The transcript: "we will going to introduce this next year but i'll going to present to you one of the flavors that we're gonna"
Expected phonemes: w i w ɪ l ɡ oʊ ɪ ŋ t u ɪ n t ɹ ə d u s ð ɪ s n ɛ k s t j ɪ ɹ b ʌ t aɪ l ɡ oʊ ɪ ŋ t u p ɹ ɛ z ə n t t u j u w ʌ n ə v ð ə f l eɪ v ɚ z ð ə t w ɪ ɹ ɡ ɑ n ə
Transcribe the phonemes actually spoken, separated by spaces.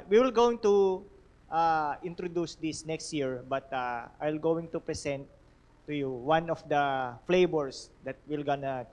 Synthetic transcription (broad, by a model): w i w ɪ l ɡ oʊ ɪ ŋ t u ɪ n t ɹ ə d u s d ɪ s n ɛ k s t j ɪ ɹ b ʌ t aɪ l ɡ oʊ ɪ ŋ t u p ɹ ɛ s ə n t t u j u w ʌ n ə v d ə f l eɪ b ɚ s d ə t w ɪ l ɡ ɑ n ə